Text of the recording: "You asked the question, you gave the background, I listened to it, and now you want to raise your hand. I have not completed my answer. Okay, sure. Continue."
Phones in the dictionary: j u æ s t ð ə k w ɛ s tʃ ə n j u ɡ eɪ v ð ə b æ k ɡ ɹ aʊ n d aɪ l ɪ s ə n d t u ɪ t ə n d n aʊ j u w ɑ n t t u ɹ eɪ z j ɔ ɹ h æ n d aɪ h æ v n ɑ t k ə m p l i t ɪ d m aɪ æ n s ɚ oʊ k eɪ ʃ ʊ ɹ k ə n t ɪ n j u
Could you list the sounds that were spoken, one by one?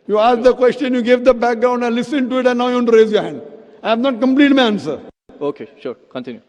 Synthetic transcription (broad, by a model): j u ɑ s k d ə k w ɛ s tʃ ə n j u ɡ eɪ v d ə b æ k ɡ ɹ aʊ n d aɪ l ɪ s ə n t u ɪ t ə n n aʊ j u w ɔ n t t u ɹ eɪ z j ɔ ɹ h æ n d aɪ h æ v n ɑ t k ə m p l i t m aɪ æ n s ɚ oʊ k eɪ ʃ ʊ ɹ k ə n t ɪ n j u